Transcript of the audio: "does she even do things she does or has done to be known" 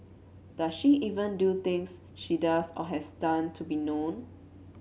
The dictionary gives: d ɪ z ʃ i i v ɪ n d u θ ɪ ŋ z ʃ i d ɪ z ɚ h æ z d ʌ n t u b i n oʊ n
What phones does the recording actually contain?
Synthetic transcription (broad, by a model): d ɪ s ʃ i i v ɪ n d u t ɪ ŋ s ʃ i d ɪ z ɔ h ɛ s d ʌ n t u b i n oʊ n